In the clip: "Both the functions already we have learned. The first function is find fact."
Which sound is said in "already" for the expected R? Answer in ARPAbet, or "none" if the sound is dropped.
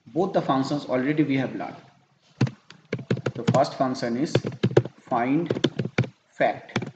R